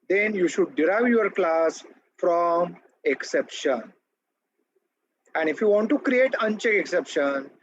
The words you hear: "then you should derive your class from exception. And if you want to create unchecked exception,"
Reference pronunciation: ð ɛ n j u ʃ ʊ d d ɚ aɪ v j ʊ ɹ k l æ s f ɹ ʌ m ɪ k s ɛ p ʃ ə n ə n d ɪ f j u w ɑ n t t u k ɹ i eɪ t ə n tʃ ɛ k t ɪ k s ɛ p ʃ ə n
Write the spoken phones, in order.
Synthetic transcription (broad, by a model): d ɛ n j u ʃ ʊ d d aɪ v j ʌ ɹ k l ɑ s f ɹ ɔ m ɪ k s ɛ p ʃ ə n ə n d ɪ f j u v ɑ n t t u k ɹ i eɪ t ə n tʃ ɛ k ɪ k s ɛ p ʃ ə n